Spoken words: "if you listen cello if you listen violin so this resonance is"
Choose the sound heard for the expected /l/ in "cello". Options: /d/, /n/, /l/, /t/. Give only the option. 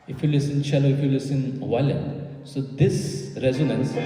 /l/